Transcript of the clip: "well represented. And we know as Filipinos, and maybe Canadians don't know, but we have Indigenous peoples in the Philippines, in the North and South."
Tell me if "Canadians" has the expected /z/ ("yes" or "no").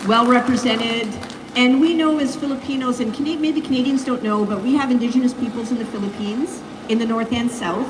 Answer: yes